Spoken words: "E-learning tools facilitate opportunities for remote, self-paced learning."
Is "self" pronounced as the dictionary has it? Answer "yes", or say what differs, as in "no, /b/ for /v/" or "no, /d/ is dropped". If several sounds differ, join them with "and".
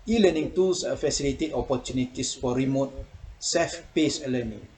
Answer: no, /l/ is dropped